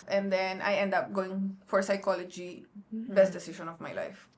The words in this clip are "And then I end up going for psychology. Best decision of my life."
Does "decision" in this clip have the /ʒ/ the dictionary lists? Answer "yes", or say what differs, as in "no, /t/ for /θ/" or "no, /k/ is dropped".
no, /s/ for /ʒ/